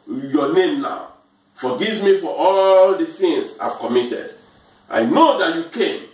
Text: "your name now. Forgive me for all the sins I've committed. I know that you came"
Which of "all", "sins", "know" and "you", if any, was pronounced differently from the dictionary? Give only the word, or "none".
sins